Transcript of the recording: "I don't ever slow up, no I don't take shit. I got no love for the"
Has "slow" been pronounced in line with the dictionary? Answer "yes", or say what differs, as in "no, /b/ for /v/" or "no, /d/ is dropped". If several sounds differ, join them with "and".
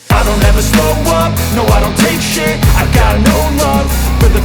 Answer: no, /l/ is dropped